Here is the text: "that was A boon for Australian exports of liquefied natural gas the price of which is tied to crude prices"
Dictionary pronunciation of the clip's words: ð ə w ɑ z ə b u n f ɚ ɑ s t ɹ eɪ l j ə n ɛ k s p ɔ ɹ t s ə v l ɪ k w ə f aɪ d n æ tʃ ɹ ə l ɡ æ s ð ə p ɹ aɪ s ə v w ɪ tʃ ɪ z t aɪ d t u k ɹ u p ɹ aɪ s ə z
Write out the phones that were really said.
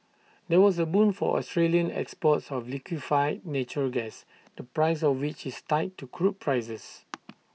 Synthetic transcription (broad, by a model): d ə w ɑ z ə b u n f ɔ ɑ s t ɹ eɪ l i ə n ɛ k s p ɔ t s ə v l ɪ k w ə f aɪ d n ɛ tʃ ə ɡ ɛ s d ə p ɹ aɪ s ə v w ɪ tʃ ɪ s t aɪ t u k ɹ u p ɹ aɪ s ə s